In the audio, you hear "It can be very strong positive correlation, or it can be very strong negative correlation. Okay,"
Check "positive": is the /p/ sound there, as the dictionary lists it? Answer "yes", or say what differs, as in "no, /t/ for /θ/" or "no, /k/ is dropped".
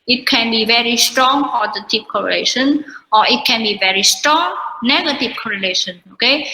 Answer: no, /f/ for /p/